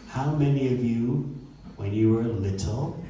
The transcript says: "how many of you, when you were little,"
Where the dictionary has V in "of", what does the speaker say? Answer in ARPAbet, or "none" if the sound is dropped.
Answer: V